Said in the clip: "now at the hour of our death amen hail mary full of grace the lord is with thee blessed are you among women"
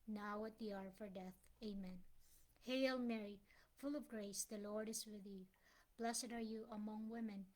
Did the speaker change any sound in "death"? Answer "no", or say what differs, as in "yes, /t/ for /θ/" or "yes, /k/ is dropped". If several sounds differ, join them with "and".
no